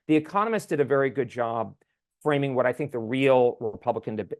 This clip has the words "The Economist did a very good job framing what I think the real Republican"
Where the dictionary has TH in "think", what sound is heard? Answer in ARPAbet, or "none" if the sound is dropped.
TH